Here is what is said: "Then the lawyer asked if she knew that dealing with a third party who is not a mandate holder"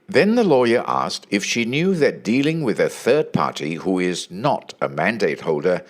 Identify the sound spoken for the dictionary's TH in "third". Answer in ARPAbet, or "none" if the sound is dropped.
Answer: TH